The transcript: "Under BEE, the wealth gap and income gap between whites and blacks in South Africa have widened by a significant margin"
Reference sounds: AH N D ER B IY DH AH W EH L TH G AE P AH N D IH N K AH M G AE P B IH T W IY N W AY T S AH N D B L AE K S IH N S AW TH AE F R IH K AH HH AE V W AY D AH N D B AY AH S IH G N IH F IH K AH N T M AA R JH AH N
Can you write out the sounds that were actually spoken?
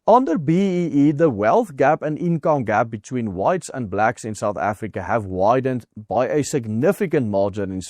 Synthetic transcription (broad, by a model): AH N D ER B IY DH AH W EH L TH G AE P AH N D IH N K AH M G AE P B IH T W IY N W AY T S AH N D B L AE K S IH N S AW TH AE F R IH K AH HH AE V W AY D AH N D B AY AH S IH G N IH F IH K AH N T M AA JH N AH N